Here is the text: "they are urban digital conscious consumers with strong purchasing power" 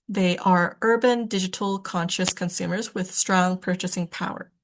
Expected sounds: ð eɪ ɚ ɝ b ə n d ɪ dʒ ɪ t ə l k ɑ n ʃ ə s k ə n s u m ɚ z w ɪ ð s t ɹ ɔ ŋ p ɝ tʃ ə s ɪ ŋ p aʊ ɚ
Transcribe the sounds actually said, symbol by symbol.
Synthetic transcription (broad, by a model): ð eɪ ɚ ɝ b ə n d ɪ dʒ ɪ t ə l k ɑ n ʃ ə s k ə n s u m ɚ z w ɪ ð s t ɹ ɔ ŋ p ɝ tʃ ə s ɪ ŋ p aʊ ɚ